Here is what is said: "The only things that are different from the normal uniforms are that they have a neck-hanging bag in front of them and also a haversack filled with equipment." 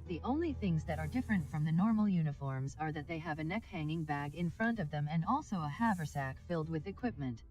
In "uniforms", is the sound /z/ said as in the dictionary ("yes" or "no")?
yes